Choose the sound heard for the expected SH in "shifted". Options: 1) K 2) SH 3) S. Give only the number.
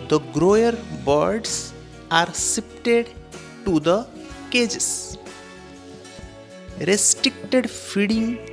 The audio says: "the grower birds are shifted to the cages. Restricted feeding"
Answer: 3